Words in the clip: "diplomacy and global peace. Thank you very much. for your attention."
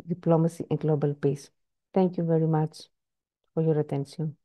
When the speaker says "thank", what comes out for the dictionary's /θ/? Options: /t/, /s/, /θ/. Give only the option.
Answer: /t/